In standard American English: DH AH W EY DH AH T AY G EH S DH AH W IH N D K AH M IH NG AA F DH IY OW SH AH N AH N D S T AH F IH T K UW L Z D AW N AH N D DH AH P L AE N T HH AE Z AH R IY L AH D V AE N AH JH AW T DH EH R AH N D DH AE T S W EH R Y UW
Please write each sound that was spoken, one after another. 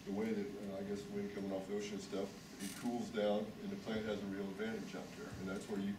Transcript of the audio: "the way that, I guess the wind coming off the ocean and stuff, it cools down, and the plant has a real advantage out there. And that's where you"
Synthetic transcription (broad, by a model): DH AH W EY DH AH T AY G EH S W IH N K AH M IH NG AA F DH IY OW SH AH N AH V S T AH F IH T K UW L Z D AW N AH N DH AH P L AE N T HH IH Z AH R IY L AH D V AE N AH JH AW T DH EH R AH N DH AE T S W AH R Y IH